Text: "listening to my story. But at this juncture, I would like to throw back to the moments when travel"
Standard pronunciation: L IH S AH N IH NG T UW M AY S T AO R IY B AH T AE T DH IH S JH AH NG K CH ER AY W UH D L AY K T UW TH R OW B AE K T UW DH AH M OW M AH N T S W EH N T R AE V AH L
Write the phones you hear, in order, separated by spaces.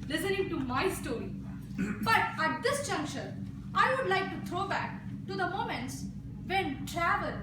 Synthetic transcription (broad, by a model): L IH S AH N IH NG T UW M AY S T AO R IY B AH T AE T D IH S JH AH NG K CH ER AY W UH D L AY K T UW T R OW B AE K T UW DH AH M OW M AH N T S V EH N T R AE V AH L